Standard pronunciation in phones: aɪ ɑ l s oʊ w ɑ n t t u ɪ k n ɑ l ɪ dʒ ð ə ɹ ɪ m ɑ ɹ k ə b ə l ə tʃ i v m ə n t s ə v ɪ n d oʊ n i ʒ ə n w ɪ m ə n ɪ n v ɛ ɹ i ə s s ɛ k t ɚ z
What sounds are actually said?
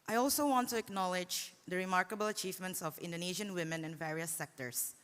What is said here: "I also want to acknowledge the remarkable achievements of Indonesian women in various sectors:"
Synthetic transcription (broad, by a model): aɪ ɑ l s oʊ w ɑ n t t u ɪ k n ɑ l ɪ dʒ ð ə ɹ ɪ m ɑ ɹ k ə b ə l ə tʃ i v m ə n t s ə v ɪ n d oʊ n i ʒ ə n w ɪ m ə n ɪ n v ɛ ɹ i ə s s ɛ k t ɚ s